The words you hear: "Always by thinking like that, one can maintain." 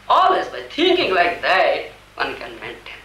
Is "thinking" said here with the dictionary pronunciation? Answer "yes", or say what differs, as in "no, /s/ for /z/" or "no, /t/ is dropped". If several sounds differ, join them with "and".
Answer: no, /t/ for /θ/